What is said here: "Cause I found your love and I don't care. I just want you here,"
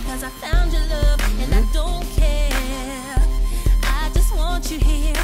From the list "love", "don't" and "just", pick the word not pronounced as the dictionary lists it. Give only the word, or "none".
none